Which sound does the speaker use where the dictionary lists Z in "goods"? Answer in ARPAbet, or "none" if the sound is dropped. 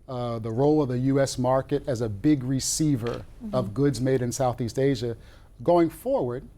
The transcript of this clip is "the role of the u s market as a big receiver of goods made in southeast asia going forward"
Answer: Z